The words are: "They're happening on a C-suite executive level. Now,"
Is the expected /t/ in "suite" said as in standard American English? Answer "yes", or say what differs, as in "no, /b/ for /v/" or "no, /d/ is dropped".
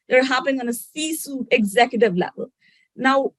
no, /t/ is dropped